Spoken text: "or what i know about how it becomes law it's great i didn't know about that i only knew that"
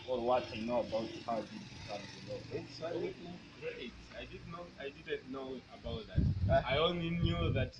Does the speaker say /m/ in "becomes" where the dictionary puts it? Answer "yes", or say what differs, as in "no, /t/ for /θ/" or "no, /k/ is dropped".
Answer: no, /m/ is dropped